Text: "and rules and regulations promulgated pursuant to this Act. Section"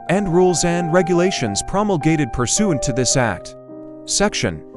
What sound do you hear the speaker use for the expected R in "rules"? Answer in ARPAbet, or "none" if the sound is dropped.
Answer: R